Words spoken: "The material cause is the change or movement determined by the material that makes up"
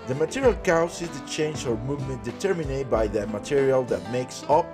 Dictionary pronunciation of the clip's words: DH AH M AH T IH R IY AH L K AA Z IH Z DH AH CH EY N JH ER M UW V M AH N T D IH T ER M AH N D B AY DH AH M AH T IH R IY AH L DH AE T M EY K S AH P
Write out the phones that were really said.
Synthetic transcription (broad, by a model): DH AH M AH T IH R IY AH L K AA S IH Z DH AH CH EY N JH ER M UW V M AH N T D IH T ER M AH N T B AY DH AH M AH T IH R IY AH L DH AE T M EY K S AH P